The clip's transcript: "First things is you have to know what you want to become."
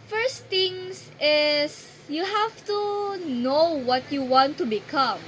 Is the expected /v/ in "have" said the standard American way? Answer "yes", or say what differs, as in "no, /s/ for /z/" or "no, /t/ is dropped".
no, /f/ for /v/